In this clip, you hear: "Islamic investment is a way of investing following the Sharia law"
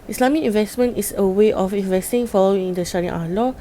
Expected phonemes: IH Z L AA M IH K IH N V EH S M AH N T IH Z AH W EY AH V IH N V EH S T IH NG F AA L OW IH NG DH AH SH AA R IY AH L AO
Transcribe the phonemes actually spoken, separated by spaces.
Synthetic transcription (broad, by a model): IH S L AA M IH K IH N V EH S M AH N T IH S AH W EY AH F IH N V EH S T IH NG F AA L OW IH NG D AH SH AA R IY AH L AO